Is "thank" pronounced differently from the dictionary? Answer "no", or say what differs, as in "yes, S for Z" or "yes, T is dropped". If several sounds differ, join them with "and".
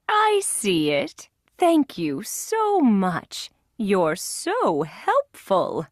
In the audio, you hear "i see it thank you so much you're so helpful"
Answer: no